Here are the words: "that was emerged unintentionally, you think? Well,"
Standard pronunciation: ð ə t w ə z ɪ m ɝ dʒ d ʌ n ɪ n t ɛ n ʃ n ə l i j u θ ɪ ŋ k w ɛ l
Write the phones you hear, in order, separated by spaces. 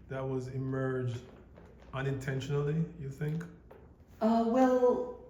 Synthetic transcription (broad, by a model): ð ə t w ə z ɪ m ɝ dʒ d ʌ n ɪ n t ɛ n ʃ n l i j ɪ θ ɪ ŋ k w ɛ l